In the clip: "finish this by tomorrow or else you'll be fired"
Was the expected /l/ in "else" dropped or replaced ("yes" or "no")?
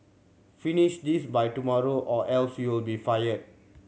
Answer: no